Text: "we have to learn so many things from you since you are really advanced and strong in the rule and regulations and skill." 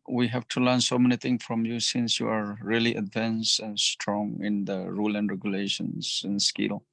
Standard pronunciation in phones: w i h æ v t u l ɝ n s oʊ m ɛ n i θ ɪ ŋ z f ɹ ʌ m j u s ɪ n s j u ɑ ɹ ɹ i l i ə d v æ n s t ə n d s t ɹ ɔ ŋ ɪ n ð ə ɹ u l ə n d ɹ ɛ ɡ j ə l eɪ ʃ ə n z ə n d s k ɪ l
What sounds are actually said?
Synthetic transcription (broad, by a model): w i h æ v t u l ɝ n s oʊ m ɛ n i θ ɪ ŋ f ɹ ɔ m j u s ɪ n s j u ɑ ɹ ɹ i l i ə d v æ n s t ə n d s t ɹ ɔ ŋ ɪ n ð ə ɹ u l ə n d ɹ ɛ ɡ j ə l eɪ ʃ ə n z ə n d s k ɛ l